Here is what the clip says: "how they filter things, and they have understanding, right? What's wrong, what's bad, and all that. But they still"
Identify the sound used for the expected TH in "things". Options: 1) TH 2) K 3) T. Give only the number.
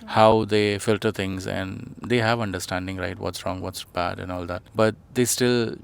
3